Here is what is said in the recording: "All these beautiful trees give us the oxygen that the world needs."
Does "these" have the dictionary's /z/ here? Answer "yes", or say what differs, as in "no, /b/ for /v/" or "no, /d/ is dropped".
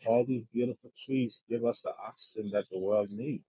yes